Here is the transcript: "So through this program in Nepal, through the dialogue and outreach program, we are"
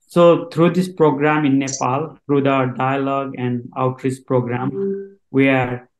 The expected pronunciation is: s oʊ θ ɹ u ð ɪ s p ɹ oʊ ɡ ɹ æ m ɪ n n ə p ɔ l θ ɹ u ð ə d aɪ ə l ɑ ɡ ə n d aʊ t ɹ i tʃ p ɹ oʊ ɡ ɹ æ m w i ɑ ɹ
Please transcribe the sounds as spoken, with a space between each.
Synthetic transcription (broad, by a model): s oʊ t ɹ u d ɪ s p ɹ oʊ ɡ ɹ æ m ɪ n n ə p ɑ l t ɹ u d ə d aɪ ə l ɑ ɡ ə n d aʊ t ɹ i s p ɹ oʊ ɡ ɹ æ m w i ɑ ɹ